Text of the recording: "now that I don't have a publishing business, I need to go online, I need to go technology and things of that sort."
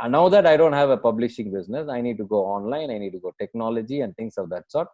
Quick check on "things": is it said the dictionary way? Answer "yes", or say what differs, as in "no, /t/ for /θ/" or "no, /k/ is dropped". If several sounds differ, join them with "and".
no, /t/ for /θ/ and /s/ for /z/